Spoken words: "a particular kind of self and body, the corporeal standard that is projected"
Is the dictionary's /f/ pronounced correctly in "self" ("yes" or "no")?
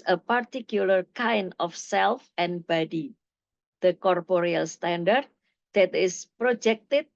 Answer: yes